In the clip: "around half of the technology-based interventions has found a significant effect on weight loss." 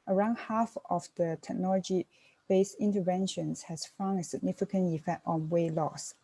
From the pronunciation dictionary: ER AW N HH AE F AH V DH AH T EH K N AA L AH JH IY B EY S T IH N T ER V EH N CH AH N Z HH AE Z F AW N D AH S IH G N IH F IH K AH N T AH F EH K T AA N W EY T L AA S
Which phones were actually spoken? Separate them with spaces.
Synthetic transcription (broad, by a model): ER AW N HH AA F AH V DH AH T EH K N AA L AH JH IY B EY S IH N T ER V EH N SH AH N S HH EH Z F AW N AH S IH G N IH F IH K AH N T AH F EH K T AA N W EY L AA S